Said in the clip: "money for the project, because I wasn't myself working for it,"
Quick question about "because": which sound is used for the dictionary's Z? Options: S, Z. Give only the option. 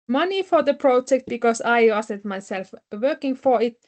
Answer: S